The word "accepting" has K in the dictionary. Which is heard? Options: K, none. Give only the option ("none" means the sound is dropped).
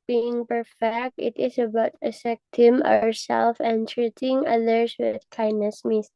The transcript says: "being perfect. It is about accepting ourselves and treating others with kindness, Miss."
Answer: none